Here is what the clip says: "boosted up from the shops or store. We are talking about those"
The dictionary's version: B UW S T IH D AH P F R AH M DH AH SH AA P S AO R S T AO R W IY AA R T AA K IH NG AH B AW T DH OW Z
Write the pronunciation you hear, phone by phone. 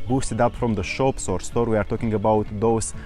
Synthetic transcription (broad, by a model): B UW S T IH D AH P F R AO M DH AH SH AA P S AO R S T AO R W IY AA R T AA K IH NG AH B AW T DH OW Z